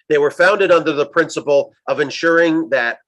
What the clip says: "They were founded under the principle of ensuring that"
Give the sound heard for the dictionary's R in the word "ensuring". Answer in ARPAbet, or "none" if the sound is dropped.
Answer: R